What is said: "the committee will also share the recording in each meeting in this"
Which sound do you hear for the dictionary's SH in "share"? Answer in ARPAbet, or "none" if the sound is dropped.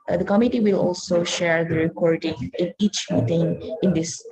SH